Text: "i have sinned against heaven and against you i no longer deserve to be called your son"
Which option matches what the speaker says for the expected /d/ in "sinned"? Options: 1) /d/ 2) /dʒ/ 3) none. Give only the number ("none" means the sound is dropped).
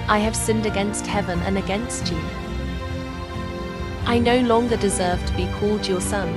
1